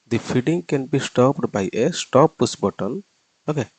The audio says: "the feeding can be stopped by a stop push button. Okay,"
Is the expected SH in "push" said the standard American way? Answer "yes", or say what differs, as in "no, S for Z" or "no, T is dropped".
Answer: no, S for SH